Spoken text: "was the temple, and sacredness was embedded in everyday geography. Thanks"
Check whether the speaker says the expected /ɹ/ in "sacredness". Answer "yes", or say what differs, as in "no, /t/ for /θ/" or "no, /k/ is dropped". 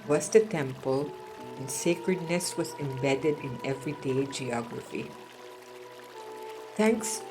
yes